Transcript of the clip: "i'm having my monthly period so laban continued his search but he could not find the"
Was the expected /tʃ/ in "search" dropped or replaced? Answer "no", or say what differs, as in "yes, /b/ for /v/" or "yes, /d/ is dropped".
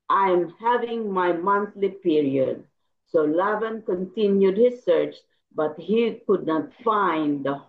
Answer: no